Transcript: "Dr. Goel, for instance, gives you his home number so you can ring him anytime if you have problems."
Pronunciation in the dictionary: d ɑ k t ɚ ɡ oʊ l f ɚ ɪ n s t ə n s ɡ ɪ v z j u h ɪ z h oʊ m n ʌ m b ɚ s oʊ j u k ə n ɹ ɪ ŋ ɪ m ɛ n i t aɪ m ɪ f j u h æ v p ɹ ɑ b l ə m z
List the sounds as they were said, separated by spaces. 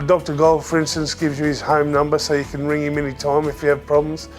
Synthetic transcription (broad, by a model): d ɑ k t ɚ ɡ oʊ l f ɚ ɪ n s t ə n s ɡ ɪ v z j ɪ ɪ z h oʊ m n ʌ m b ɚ s oʊ j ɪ k ə n ɹ ɪ ŋ ɪ m ɛ n i t aɪ m ɪ f j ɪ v p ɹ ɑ b l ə m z